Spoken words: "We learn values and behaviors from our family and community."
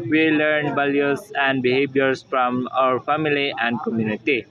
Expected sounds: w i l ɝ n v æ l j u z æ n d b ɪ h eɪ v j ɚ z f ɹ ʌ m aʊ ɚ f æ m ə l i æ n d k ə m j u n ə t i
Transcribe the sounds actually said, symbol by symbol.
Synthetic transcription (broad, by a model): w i l ɝ n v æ l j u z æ n d b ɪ h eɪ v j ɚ s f ɹ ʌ m aʊ ɚ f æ m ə l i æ n d k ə m j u n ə t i